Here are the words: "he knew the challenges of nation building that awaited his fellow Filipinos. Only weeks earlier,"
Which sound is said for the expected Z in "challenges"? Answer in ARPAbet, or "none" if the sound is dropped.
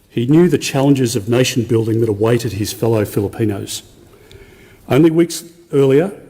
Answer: Z